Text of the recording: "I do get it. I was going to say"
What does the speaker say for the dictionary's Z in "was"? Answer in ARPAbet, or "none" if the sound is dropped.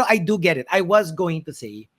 Z